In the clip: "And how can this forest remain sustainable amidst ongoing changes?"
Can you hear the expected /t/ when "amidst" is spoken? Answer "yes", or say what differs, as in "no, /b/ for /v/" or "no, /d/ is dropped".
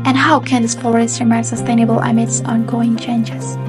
no, /t/ is dropped